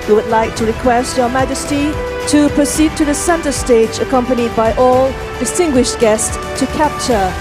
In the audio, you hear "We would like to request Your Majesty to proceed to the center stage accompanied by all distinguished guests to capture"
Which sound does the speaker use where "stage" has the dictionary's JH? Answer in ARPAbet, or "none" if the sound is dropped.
JH